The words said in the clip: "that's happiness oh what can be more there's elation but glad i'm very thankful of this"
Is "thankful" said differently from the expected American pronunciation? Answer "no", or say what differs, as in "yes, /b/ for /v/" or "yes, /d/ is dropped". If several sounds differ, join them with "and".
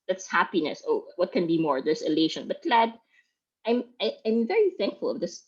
no